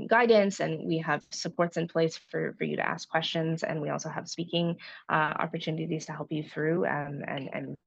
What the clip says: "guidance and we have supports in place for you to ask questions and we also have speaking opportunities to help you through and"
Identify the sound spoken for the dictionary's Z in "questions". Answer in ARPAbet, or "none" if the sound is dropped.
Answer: Z